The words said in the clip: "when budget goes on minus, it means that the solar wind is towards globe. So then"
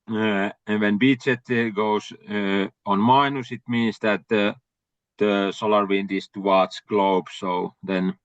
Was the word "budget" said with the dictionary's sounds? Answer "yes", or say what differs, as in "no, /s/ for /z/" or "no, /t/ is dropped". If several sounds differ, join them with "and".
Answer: no, /tʃ/ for /dʒ/